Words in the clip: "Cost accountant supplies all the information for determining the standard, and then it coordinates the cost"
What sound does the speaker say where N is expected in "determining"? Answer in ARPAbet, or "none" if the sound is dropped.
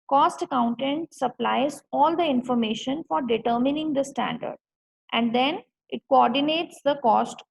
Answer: N